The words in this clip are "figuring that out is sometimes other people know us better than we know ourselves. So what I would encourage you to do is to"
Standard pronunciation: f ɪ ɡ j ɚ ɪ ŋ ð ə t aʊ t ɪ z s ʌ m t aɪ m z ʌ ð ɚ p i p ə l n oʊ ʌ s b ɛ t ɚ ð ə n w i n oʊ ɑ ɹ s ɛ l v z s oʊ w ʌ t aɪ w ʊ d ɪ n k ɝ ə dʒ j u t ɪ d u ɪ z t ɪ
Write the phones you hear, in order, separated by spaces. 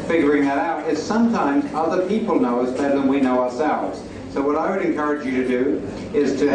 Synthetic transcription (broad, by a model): f ɪ ɡ j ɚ ɪ ŋ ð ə t aʊ t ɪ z s ʌ m t aɪ m z ʌ ð ɚ p i p l n oʊ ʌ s b ɛ t ɚ ð ə n w i n oʊ ɑ ɹ s ɛ l v z s oʊ w ʌ t aɪ w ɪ d ɪ n k ɝ ə dʒ j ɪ t ɪ d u ɪ z t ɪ